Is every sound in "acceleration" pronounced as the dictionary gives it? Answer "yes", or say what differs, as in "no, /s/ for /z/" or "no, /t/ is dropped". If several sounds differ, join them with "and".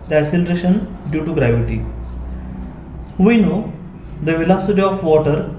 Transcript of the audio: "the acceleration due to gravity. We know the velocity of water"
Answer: no, /k/ is dropped